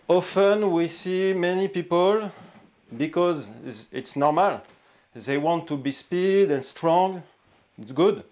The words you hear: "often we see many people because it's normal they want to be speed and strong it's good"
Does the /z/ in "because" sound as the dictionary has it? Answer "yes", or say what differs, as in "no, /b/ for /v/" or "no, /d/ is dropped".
yes